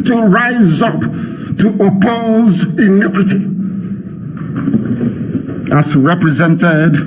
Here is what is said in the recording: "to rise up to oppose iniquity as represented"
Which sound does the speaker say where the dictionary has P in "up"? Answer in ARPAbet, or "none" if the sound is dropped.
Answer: P